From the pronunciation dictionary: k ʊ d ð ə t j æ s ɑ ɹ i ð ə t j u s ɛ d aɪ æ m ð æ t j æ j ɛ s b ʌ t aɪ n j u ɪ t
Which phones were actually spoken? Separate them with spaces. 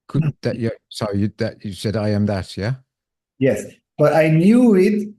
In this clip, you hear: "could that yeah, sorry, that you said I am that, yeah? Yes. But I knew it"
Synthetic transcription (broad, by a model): k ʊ d ð ə t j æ s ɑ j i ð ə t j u s ɛ d aɪ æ m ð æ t j æ j ɛ s b ʌ t aɪ n j u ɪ t